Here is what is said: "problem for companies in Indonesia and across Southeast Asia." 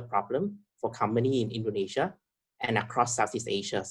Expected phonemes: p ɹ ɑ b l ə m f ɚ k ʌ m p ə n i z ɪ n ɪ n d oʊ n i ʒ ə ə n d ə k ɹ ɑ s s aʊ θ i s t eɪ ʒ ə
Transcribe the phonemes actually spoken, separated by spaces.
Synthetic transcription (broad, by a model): p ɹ ɑ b l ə m f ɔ k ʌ m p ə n i ɪ n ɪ n d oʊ n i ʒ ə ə n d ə k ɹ ɑ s s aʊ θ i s eɪ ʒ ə